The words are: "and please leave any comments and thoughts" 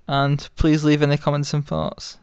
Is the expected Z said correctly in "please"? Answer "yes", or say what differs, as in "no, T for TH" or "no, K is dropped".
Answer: yes